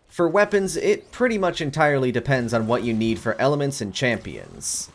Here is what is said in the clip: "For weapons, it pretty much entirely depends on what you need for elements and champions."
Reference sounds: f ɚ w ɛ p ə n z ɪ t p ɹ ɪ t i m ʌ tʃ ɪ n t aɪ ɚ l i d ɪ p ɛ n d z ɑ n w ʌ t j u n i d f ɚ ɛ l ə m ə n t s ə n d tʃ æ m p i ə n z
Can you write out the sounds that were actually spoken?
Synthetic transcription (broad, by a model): f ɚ w ɛ p ə n z ɪ t p ɹ ɪ t i m ʌ tʃ ɪ n t aɪ ɚ l i d ɪ p ɛ n d z n w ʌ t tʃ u n i d f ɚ ɛ l ə m ə n t s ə n tʃ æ m p i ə n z